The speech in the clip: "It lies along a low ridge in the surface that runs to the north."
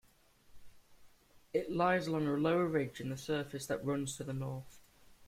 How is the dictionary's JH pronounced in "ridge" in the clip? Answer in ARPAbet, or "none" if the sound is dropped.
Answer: JH